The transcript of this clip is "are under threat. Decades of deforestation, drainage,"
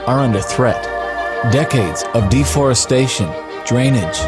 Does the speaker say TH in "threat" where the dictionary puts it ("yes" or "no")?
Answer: yes